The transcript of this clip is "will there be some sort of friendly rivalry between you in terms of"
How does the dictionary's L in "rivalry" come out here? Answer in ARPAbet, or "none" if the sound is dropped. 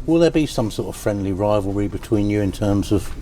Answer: L